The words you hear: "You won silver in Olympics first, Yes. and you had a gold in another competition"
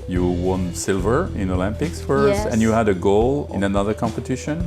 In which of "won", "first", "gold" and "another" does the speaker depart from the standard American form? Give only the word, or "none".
gold